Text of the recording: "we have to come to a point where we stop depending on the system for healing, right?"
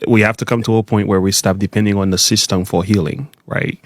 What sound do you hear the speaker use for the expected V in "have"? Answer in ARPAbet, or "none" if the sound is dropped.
F